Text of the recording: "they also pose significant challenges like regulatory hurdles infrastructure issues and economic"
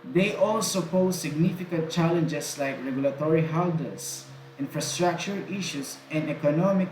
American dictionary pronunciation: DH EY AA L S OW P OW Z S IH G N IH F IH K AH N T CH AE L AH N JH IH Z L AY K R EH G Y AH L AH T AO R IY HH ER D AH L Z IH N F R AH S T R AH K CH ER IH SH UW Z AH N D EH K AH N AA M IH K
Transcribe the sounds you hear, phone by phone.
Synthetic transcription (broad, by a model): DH EY AA L S OW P OW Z S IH G N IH F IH K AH N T CH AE L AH N JH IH S L AY K R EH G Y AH L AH T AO R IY HH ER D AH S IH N F R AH S T R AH K CH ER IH SH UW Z AH N D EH K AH N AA M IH K